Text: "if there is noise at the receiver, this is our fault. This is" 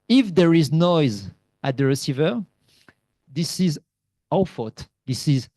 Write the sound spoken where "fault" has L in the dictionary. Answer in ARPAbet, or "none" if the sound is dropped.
none